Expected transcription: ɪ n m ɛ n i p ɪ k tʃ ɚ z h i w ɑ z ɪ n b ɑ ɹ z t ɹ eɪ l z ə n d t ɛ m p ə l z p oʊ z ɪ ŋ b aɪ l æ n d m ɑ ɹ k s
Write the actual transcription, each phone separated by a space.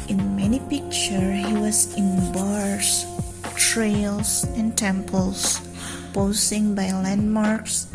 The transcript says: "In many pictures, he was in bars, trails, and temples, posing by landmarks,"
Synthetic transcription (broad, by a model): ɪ n m ɛ n i p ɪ k tʃ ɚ h i w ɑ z ɪ n b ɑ ɹ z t ɹ eɪ l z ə n t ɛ m p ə l s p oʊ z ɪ ŋ b aɪ l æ n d m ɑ ɹ k s